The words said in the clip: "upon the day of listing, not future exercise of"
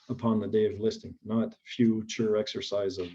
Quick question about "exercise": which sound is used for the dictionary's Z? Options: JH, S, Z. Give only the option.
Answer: Z